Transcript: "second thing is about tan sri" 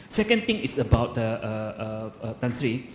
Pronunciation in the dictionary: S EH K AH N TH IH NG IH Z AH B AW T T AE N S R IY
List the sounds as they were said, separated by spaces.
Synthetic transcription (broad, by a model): S EH K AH N T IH NG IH S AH B AW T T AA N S R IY